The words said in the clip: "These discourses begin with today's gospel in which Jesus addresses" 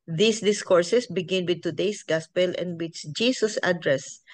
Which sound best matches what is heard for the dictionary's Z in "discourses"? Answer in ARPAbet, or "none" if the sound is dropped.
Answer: S